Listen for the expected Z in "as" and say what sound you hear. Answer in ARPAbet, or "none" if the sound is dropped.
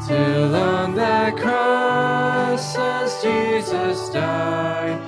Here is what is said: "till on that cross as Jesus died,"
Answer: S